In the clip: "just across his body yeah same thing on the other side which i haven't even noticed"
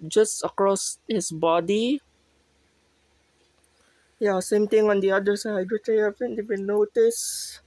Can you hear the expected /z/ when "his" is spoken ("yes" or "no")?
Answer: no